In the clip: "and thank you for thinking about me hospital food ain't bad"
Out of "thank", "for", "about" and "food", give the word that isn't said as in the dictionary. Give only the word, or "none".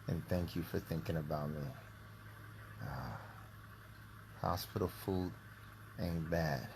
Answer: none